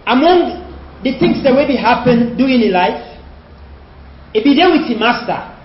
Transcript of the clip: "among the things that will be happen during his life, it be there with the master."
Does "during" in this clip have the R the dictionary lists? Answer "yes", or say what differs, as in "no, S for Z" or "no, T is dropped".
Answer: no, R is dropped